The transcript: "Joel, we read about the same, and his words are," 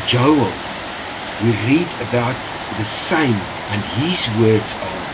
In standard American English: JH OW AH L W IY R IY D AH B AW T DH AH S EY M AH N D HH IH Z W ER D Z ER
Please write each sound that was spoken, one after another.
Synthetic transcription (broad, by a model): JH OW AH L W IY R IY D AH B AW T DH AH S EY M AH N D HH IH Z W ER D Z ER